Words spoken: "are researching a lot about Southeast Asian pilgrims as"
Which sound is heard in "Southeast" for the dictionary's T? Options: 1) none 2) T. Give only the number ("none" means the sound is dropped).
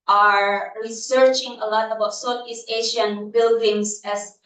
1